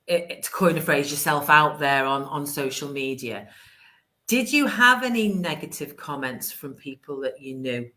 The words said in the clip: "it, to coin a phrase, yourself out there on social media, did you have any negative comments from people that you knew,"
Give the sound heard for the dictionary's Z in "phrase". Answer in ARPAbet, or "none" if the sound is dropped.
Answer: Z